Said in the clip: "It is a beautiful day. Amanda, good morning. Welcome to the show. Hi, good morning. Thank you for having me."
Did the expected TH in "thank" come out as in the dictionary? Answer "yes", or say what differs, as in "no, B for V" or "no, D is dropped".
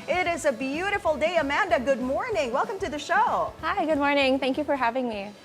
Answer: yes